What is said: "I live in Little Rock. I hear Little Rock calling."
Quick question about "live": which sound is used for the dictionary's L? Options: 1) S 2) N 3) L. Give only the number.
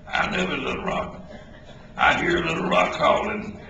2